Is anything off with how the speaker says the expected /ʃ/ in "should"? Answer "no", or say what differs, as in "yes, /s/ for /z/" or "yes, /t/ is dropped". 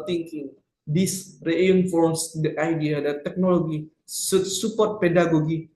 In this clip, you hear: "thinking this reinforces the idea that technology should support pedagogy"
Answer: yes, /s/ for /ʃ/